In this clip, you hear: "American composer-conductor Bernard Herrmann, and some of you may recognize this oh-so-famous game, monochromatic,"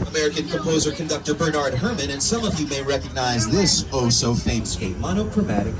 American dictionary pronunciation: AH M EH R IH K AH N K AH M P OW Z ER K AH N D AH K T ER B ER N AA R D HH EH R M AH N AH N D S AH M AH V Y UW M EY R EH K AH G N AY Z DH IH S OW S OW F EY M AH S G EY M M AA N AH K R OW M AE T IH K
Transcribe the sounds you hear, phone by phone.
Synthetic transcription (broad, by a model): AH M EH R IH K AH N K AH M P OW Z ER K AH N D AH K T ER B ER N AA R D HH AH R M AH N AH N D S AH M AH V Y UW M EY R EH K AH G N AY Z DH IH S OW S OW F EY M S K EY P M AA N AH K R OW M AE T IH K